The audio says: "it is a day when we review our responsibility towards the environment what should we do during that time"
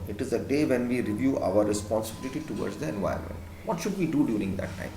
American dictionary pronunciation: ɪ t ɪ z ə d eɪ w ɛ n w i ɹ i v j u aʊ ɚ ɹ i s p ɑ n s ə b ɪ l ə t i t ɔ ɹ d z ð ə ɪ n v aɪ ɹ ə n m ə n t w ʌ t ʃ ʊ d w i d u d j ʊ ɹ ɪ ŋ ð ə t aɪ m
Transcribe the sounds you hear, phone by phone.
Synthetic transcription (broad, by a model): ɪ t ɪ z ə d eɪ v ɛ n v i ɹ i v j u aʊ ɚ ɹ i s p ɑ n s ə b ɪ l ə t i t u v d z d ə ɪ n v aɪ ə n m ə n t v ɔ t ʃ ʊ d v i d u d j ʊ ɹ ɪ ŋ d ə t aɪ m